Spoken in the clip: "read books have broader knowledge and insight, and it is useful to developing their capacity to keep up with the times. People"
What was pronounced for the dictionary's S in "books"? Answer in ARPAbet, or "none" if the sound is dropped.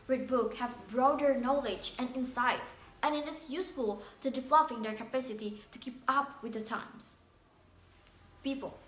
none